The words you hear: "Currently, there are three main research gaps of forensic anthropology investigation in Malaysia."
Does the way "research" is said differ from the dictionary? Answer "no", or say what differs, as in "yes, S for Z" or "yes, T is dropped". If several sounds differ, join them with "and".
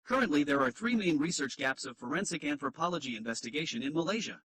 no